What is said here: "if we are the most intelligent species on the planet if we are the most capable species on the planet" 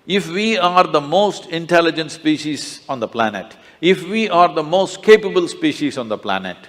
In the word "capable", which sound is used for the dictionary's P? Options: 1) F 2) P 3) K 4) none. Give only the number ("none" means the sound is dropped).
2